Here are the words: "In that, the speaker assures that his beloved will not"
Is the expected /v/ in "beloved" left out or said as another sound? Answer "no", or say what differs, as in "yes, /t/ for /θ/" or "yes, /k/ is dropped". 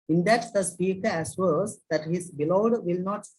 yes, /v/ is dropped